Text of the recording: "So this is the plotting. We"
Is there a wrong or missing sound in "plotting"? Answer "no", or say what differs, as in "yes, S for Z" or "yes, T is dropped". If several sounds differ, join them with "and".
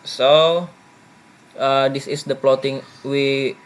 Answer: no